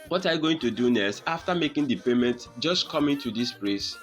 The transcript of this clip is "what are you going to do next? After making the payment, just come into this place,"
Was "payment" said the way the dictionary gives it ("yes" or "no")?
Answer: yes